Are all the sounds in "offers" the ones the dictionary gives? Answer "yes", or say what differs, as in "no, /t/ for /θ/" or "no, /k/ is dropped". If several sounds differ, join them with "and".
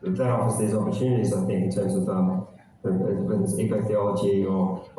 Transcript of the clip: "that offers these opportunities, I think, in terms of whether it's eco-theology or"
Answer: no, /f/ is dropped